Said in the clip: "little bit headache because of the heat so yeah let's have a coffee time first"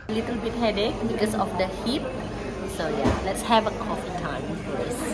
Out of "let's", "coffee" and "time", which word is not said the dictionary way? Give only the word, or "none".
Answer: none